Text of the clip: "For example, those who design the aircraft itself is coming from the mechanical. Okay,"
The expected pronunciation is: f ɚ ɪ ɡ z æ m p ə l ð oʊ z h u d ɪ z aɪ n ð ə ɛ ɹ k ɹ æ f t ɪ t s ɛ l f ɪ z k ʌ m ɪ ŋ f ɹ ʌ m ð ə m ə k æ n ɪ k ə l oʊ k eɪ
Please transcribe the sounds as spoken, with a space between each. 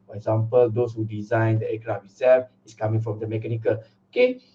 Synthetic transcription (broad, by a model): f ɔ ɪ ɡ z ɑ m p ə l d oʊ s h u d ɪ z aɪ n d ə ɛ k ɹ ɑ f ɪ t s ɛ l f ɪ s k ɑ m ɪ ŋ f ɹ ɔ m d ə m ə k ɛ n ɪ k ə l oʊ k eɪ